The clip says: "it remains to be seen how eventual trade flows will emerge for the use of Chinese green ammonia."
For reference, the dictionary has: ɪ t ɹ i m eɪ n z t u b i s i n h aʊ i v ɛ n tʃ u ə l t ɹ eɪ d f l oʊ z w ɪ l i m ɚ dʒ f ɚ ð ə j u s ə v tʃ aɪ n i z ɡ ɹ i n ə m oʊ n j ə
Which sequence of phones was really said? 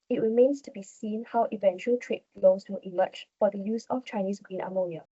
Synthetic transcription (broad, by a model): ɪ t ɹ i m eɪ n s t u b i s i n h aʊ i v ɛ n tʃ u ə l t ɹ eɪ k l oʊ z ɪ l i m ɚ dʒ f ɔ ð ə j u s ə f tʃ aɪ n i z ɡ ɹ i n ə m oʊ n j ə